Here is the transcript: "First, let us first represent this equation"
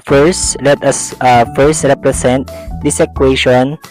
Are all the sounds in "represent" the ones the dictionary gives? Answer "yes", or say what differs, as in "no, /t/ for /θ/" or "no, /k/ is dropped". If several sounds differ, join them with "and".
no, /s/ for /z/